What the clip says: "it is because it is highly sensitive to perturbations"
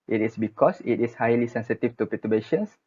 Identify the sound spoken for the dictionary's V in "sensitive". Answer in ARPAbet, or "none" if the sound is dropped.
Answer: F